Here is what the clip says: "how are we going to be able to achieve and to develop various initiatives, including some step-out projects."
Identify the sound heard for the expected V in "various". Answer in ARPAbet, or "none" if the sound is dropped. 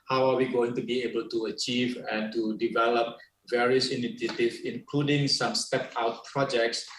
V